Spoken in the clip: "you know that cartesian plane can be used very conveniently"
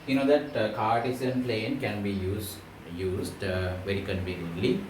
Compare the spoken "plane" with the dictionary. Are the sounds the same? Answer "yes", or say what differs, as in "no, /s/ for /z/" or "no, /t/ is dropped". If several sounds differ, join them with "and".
yes